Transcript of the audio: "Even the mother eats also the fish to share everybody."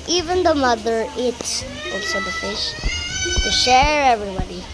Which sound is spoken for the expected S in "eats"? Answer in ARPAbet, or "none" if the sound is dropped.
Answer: none